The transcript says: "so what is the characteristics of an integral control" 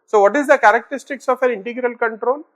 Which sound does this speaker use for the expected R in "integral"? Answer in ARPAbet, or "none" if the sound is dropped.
R